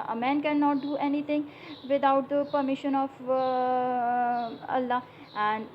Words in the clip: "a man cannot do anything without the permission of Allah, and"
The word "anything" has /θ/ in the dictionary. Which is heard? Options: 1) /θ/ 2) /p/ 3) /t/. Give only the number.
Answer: 3